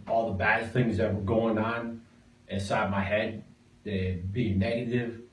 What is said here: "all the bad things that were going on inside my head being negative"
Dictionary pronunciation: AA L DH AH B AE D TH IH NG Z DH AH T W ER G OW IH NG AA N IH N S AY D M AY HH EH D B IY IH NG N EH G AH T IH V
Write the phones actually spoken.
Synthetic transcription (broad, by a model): AA L DH AH B AE D TH IH NG Z DH AH T W ER G OW IH NG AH N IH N S AY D M AY HH EH D B IY IH NG N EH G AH T IH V